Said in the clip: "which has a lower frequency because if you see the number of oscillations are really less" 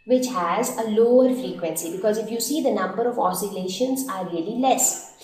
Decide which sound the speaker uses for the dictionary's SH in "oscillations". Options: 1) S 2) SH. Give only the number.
2